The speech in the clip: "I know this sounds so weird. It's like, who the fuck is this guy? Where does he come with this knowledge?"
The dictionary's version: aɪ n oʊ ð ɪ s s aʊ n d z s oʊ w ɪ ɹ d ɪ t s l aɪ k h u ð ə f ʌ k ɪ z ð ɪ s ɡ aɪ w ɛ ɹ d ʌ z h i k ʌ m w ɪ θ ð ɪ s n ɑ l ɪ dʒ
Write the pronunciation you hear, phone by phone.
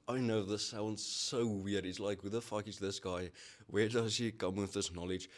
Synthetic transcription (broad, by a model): aɪ n oʊ ð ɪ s s aʊ n d z s oʊ w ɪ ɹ d ɪ t s l aɪ k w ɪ ð ə f ʌ k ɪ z ð ɪ s ɡ aɪ w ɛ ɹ d ʌ z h i k ʌ m w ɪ ð ɪ s n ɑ l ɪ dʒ